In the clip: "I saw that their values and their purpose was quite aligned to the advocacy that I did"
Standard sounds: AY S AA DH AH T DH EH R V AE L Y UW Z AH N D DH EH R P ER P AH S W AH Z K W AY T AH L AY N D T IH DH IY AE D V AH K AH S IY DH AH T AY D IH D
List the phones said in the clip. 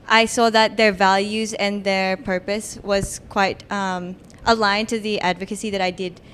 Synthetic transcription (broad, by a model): AY S AA DH AH T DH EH R V AE L Y UW Z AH N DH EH R P ER P AH S W AH Z K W AY T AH L AY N T IH DH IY AE D V AH K AH S IY DH AH T AY D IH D